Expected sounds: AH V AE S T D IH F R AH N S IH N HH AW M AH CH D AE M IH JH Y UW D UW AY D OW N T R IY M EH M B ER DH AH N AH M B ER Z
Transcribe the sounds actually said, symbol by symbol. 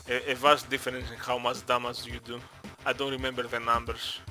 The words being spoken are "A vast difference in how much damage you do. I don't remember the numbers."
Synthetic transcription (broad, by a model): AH V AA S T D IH F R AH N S IH N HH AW M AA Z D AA M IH Z Y UW D UW AY D OW N T R IY M EH M B ER DH AH N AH M B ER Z